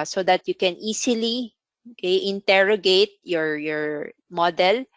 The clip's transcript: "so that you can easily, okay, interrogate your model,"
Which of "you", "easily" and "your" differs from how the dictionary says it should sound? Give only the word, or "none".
easily